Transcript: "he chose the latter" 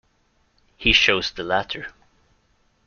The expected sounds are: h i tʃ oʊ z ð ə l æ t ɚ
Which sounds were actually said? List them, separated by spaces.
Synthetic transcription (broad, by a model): h i ʃ oʊ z ð ə l æ t ɚ